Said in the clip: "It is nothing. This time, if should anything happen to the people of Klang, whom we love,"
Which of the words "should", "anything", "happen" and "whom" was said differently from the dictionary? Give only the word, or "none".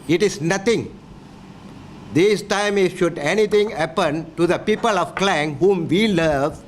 anything